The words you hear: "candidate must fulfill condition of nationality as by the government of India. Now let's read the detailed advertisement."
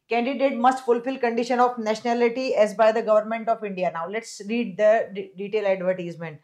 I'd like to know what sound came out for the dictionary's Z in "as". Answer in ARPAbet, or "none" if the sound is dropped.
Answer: Z